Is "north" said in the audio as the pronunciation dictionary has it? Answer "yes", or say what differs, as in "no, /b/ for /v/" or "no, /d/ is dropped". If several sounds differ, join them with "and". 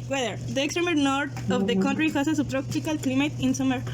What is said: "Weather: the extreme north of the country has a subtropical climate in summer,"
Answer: no, /t/ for /θ/